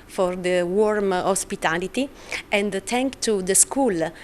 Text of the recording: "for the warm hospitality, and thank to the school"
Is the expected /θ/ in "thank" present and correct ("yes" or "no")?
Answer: no